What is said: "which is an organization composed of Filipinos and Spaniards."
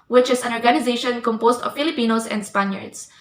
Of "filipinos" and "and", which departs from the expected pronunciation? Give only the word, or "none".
filipinos